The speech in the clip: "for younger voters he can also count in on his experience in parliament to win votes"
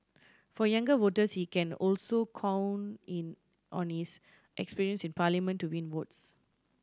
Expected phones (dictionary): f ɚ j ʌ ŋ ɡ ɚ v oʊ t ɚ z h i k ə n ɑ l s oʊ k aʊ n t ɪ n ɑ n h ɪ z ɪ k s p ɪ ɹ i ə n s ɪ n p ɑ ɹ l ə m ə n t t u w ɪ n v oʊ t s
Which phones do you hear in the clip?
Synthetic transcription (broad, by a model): f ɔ j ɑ ŋ ɡ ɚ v oʊ t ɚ s h i k ə n ɑ l s oʊ k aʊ n ɪ n ɑ n h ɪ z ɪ k s p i ɹ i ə n s ɪ n p ɑ l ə m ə n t t u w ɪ n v oʊ t s